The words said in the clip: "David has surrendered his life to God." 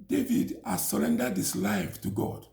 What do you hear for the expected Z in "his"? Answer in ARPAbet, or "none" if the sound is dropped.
S